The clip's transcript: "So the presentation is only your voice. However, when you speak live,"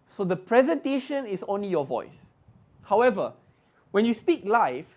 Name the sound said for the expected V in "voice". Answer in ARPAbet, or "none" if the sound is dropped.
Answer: V